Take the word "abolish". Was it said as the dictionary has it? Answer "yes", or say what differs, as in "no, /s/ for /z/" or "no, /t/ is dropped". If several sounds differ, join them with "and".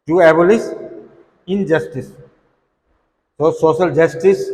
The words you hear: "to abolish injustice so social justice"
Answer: no, /s/ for /ʃ/